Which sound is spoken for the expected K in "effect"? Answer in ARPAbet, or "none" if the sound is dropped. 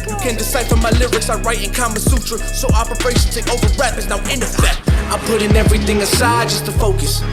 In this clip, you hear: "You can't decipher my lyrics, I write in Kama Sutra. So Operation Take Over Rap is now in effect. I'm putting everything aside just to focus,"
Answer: none